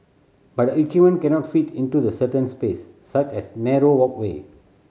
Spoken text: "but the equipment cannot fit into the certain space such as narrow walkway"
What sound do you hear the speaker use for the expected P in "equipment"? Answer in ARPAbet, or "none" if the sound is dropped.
none